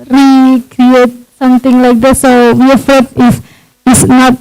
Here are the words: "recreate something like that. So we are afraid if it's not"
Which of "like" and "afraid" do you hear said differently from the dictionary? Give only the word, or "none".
afraid